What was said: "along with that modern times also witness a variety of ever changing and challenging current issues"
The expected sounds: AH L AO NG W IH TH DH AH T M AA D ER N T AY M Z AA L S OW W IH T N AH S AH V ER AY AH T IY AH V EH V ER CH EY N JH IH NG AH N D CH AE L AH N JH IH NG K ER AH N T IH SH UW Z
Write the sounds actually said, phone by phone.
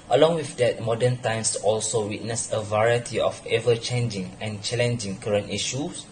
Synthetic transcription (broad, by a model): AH L AO NG W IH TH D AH T M AA D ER N T AY M S AA L S OW W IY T N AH S AH V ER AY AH T IY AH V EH V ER CH EY N JH IH NG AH N CH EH L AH N JH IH NG K ER AH N T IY SH UW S